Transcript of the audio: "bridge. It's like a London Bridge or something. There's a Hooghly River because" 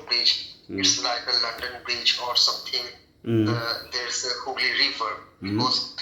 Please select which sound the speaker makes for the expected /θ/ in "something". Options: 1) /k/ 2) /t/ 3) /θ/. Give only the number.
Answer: 2